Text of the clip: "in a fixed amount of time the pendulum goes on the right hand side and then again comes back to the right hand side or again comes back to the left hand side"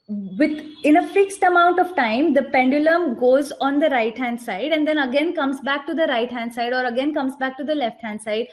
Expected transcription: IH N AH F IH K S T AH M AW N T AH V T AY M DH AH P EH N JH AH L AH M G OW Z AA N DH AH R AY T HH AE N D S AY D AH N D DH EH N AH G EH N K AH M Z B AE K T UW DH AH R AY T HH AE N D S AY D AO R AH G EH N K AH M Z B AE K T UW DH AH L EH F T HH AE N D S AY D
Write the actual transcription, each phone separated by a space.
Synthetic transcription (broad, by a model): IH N AH F IH K S T AH M AW N T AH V T AY M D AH P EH N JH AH L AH M G OW Z AA N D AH R AY T HH AE N D S AY D AH N D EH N AH G EH N K AH M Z B AE K T UW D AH R AY T HH AE N D S AY D AO R AH G EH N K AH M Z B AE K T UW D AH L EH F T HH AE N D S AY D